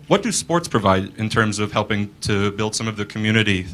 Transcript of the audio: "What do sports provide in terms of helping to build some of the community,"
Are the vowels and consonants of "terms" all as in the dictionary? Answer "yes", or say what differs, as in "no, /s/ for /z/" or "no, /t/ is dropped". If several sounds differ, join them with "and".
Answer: yes